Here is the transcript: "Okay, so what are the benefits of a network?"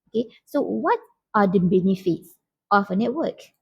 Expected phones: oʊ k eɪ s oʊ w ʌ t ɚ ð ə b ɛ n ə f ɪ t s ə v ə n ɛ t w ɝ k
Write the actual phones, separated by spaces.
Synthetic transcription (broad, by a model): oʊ k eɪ s oʊ w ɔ t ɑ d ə b ɛ n ə f ɪ t s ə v ə n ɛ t w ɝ k